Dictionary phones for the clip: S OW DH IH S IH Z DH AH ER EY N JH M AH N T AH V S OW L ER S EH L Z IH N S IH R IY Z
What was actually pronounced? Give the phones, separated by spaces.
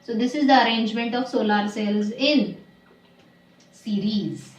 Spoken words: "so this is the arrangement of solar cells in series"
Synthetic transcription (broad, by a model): S OW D IH S IH Z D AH ER EY N JH M AH N T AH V S OW L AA S EH L Z IH N S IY R IY Z